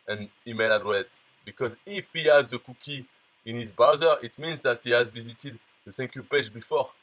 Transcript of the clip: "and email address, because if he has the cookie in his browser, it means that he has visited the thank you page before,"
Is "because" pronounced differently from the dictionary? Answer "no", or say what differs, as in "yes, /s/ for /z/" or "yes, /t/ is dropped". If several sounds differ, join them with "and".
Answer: no